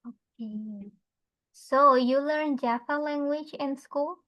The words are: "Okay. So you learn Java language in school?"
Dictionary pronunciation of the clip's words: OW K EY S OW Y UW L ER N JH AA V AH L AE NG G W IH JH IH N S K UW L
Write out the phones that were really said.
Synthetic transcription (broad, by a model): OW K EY S OW Y UW L ER N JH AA P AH L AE NG G W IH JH IH N S K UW L